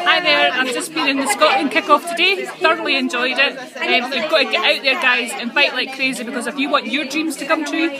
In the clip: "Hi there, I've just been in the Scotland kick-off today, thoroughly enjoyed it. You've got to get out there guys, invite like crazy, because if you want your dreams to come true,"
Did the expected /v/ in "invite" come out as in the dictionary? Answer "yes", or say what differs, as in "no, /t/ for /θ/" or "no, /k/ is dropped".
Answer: no, /f/ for /v/